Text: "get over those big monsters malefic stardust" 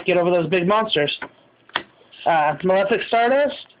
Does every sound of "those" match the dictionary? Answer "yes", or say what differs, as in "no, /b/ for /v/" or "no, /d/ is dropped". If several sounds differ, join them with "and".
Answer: yes